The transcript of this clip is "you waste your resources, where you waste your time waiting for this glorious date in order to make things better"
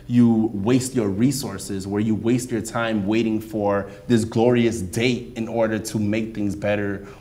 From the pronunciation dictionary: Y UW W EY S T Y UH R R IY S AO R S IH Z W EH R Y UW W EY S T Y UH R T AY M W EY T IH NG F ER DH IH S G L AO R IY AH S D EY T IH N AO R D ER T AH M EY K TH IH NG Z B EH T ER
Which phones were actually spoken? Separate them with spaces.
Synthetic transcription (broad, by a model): Y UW W EY S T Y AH R R IY S AO R S IH Z W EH R Y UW W EY S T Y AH R T AY M W EY T IH NG F ER DH IH S G L AO R IY AH S D EY T IH N AO R D ER T AH M EY K TH IH NG Z B EH T ER